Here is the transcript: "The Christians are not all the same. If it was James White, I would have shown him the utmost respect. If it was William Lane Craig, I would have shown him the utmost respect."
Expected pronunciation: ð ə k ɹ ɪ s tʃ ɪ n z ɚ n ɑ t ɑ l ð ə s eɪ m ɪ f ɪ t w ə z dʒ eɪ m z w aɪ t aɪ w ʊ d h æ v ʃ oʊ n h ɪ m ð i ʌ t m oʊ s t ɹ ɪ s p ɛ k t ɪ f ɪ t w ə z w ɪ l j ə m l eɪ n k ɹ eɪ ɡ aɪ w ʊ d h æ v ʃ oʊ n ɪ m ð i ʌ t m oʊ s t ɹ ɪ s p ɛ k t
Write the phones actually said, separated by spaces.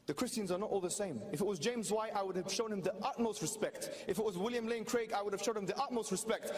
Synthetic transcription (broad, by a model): ð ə k ɹ ɪ s tʃ ɪ n z ɚ n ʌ t ɑ l ð ə s eɪ m ɪ f ɪ t w ə z dʒ eɪ m z w aɪ t aɪ w ʊ d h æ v ʃ oʊ n h ɪ m ð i ʌ t m oʊ s t ɹ ɪ s p ɛ k t ɪ f ɪ t w ə z w ɪ l j ə m l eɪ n k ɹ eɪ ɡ aɪ w ʊ d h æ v ʃ oʊ n ɪ m ð i ʌ t m oʊ s t ɹ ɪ s p ɛ k t